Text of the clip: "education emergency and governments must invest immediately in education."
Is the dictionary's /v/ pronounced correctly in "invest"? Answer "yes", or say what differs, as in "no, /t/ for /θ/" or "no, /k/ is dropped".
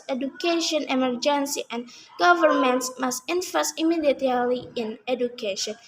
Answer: no, /f/ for /v/